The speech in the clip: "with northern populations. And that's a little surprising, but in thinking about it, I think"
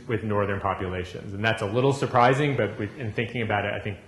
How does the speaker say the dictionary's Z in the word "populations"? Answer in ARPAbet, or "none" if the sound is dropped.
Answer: Z